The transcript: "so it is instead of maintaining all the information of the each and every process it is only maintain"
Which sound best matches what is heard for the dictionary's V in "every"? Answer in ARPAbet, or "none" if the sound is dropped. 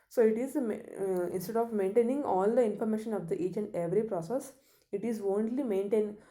V